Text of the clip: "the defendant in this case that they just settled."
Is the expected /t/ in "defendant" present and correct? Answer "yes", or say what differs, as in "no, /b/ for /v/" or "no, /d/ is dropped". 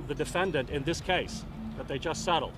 yes